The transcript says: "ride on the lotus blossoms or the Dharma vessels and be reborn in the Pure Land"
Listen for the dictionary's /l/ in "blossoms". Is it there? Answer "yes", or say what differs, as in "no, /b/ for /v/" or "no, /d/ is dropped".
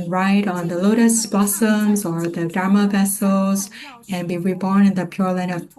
no, /l/ is dropped